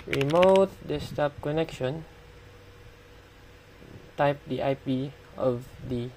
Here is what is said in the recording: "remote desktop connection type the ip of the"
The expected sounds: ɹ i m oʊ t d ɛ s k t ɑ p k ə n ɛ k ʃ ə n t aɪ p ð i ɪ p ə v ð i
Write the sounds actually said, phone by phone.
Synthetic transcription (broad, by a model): ɹ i m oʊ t d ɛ s t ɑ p k ə n ɛ k ʃ ə n t aɪ p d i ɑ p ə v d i